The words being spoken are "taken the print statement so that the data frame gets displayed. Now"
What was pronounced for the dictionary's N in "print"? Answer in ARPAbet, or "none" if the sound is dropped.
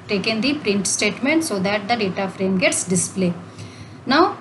N